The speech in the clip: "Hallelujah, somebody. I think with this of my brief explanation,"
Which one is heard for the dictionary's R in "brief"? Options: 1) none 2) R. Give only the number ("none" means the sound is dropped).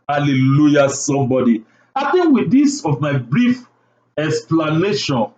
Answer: 2